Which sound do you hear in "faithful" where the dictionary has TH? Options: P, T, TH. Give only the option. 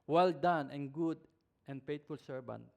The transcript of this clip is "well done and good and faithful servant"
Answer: T